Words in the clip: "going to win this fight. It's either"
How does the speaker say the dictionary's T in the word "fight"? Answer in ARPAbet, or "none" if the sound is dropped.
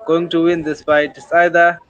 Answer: none